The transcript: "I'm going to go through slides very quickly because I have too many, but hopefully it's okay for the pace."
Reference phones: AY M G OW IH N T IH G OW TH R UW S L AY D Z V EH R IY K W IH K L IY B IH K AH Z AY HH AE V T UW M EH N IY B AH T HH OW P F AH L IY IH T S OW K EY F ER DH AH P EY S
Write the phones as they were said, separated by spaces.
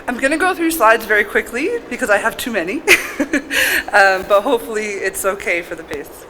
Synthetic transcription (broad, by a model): AY M G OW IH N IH G OW TH R UW S L AY D Z V EH R IY K W IH K L IY B IH K AH Z AY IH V T UW M EH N IY B AH T HH OW P F L IY IH T S OW K EY F ER DH AH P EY S